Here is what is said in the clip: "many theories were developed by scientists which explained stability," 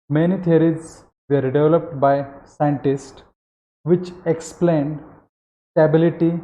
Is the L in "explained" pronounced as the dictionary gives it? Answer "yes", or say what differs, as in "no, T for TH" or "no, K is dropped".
yes